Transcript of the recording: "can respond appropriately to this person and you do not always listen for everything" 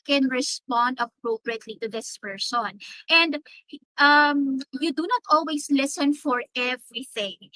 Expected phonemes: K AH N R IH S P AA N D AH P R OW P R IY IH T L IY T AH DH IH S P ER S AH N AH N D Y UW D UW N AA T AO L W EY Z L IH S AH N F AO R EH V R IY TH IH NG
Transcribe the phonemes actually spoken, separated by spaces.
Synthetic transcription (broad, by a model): K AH N R IH S P AA N D AH P R OW P R IY IH T L IY T AH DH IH S P ER S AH N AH N D Y UW D UW N AA T AO L W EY S L IH S AH N F AO R EH V R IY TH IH NG